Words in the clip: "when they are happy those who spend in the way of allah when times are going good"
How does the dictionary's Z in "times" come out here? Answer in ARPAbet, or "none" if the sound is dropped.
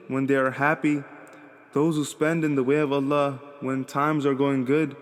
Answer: Z